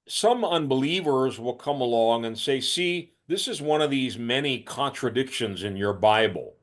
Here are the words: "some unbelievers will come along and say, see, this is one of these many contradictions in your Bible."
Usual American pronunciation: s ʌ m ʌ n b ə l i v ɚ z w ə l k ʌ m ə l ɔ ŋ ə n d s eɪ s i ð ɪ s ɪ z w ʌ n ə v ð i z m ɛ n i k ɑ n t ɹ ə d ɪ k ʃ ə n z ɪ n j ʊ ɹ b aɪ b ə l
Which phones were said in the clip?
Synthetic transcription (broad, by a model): s ʌ m ʌ n b ə l i v ɚ z w ə l k ʌ m ə l ɔ ŋ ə n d s eɪ s i ð ɪ s ɪ z w ʌ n ə v ð i z m ɛ n i k ɑ n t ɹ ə d ɪ k ʃ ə n z ɪ n j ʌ ɹ b aɪ b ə l